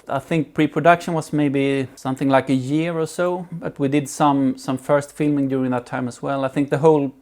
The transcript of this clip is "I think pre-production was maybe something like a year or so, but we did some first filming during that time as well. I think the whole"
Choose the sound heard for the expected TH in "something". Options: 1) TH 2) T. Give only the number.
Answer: 1